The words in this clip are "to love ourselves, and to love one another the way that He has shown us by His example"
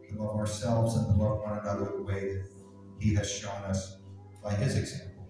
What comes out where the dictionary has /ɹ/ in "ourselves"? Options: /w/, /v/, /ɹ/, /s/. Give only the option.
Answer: /ɹ/